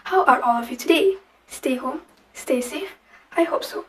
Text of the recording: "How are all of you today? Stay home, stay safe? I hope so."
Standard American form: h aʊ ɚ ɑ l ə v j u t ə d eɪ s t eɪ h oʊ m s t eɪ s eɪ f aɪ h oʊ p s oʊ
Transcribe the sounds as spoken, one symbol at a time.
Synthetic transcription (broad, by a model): h aʊ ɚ ɑ l ə v j u t ə d eɪ s t eɪ h oʊ m s t eɪ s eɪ aɪ h oʊ p s oʊ